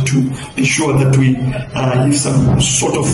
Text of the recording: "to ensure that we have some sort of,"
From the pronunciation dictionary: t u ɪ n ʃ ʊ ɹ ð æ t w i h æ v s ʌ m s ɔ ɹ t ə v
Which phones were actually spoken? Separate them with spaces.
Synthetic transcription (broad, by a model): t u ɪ ʃ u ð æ t w i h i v s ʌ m s ɔ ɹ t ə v